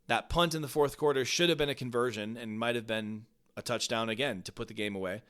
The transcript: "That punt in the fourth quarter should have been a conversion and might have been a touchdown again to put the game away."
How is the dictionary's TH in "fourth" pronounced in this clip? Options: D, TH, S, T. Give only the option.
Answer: TH